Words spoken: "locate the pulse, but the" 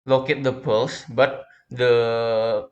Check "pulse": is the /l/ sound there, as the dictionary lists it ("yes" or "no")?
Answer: yes